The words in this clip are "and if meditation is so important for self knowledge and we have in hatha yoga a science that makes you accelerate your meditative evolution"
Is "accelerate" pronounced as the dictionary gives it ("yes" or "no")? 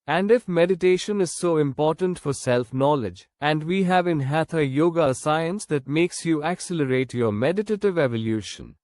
yes